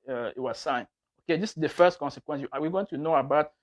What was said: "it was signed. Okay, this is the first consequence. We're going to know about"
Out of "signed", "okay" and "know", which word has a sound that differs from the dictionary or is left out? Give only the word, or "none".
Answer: signed